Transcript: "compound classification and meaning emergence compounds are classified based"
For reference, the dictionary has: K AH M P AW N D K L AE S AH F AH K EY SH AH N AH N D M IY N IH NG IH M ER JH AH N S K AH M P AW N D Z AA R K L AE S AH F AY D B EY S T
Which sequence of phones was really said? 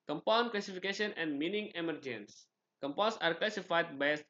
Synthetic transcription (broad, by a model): K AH M P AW N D K L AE S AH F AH K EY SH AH N AH N D M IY N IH NG IH M ER JH AH N S K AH M P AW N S AA R K L AE S AH F AY D B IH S